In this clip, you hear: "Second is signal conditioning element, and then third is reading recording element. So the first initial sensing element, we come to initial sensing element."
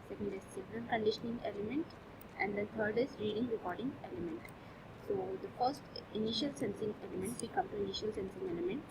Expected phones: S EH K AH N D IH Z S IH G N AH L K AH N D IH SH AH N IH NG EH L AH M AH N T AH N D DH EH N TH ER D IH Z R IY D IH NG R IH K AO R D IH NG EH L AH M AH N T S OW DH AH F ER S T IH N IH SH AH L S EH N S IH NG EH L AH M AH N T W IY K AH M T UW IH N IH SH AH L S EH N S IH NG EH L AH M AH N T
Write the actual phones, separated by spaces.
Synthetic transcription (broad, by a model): S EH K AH N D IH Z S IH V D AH N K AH N D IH SH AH N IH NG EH L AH M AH N T AH N D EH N T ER D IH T R IY D IH NG R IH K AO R D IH NG EH L AH M AH N T S OW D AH F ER S T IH N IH SH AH L S EH N S IH NG EH L AH M AH N T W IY K AH M T UW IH N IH SH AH L S EH N S IH NG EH L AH M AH N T